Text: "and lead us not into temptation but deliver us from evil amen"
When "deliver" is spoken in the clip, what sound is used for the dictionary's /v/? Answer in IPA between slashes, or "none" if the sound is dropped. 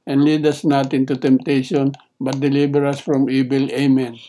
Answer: /b/